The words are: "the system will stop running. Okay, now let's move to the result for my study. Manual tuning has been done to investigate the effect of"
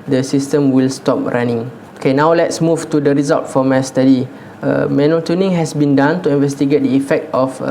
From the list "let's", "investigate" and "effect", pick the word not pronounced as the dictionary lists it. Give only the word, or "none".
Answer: none